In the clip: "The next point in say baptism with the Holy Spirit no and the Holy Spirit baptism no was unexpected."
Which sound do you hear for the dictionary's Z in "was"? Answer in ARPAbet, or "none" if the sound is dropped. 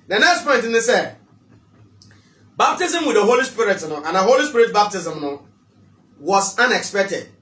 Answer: S